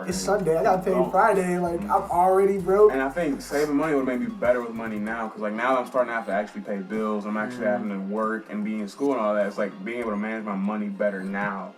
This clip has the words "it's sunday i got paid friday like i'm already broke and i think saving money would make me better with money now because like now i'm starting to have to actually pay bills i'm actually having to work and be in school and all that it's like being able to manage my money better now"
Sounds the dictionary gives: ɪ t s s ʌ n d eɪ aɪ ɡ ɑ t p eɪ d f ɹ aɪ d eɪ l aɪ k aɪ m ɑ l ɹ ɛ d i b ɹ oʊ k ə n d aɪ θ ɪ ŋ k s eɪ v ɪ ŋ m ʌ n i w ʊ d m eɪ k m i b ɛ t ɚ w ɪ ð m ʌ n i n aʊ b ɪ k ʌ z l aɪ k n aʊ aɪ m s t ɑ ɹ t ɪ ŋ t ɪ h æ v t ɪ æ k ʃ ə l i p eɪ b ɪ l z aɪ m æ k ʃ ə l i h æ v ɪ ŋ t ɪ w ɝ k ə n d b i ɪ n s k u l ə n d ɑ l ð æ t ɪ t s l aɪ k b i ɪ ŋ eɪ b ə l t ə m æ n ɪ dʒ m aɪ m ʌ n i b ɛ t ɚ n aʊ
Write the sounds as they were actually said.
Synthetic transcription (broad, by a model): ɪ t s s ʌ n d eɪ aɪ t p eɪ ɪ f ɹ aɪ d eɪ l aɪ k aɪ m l ɹ ɛ d i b ɹ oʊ ə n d aɪ θ ɪ ŋ k s eɪ v ɪ ŋ m ʌ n i w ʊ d m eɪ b i b ɛ t ɚ w ɪ ð m ʌ n i n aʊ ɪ k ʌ z l aɪ k n aʊ aɪ m s t ɑ ɹ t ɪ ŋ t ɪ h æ f t ɪ æ k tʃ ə l i p eɪ b ɪ l z aɪ m æ k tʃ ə l i h æ v ɪ ŋ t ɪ w ɝ k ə n b i ɪ n s k u l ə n ɑ l ð æ t ɪ t s l aɪ k b i ɪ ŋ eɪ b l t ə m æ n ɪ dʒ m aɪ m ʌ n i b ɛ t ɚ n aʊ